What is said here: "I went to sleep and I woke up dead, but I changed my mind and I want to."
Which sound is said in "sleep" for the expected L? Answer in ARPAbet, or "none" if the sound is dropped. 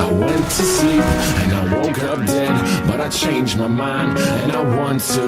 none